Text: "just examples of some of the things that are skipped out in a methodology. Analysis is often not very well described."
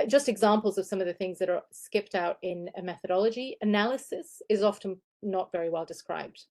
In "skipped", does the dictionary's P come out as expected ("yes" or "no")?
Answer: yes